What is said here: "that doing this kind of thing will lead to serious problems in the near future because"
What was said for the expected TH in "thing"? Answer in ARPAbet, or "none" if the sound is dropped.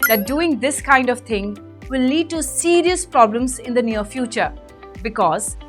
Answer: T